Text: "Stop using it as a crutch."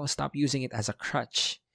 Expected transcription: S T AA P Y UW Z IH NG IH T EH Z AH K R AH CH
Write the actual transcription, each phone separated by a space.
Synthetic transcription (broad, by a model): S T AA P Y UW Z IH NG IH T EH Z AH K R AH CH